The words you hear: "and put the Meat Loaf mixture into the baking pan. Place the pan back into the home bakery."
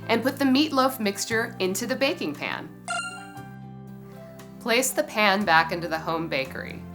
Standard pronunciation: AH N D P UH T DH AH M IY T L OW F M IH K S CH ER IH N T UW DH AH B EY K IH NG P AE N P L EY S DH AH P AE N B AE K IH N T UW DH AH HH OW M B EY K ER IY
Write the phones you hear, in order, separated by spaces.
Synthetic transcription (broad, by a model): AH N P UH T DH AH M IY T L OW F M IH K S CH ER IH N T UW DH AH B EY K IH NG P AE N P L EY S DH AH P AE N B AE K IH N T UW DH AH HH OW M B EY K ER IY